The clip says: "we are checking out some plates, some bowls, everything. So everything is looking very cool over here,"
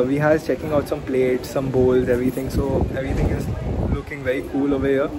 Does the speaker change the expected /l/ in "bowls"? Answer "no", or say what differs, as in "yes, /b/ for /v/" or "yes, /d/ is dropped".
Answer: no